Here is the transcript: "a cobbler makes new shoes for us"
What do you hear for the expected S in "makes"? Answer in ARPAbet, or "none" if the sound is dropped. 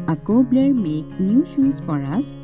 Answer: none